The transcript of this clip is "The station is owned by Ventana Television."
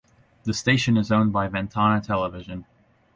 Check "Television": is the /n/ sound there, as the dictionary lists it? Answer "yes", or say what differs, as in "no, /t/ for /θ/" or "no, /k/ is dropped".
yes